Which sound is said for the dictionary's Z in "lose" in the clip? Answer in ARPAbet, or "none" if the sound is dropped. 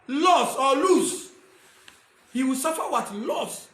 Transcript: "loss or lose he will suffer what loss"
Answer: S